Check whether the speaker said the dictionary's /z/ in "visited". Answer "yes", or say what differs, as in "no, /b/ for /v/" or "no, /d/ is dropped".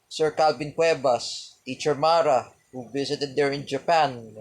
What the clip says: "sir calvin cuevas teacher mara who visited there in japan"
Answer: no, /s/ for /z/